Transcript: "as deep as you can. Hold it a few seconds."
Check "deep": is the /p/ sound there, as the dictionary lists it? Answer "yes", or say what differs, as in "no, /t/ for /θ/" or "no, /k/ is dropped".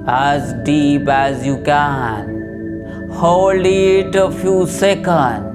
no, /b/ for /p/